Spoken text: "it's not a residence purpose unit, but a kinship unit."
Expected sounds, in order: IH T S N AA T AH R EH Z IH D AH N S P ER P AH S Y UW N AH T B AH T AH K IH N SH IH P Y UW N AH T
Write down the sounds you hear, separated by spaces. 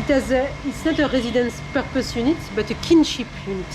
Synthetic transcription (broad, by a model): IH T S N AA T AH R EH Z IH D AH N S P ER P AH S Y UW N AH T B AH T AH K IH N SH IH P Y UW N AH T